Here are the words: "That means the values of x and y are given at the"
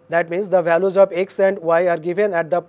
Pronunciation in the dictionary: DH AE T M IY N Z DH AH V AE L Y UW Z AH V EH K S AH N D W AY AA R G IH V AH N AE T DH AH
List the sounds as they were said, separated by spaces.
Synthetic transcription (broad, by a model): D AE T M IY N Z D AH V AE L Y UW Z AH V EH K S AH N D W AY AA R G IH V AH N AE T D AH